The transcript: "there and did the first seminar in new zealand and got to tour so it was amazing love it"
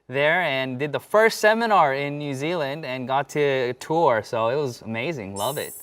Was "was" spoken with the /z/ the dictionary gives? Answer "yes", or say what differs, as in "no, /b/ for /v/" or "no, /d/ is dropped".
yes